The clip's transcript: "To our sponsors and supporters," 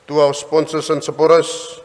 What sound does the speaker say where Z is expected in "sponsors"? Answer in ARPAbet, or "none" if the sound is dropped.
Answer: S